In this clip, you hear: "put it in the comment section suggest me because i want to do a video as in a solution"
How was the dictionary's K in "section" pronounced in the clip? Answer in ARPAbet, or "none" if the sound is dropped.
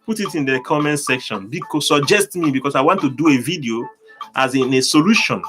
K